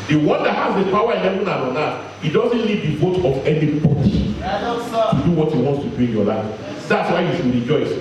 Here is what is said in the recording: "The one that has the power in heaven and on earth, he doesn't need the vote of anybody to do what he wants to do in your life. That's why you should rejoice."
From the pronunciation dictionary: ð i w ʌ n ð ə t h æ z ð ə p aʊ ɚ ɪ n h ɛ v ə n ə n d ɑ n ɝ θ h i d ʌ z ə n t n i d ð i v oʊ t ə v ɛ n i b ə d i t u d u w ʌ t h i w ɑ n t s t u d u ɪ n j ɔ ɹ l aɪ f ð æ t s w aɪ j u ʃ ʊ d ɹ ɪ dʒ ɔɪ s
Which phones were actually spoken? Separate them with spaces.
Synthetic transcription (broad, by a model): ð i w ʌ n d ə t h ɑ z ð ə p aʊ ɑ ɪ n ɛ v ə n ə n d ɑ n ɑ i d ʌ z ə n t l i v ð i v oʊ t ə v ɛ n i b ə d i t u d u w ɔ t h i w ɑ n t s t u d u ɪ n j ɔ l aɪ f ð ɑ t s w aɪ j u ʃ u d ɹ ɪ dʒ ɔɪ s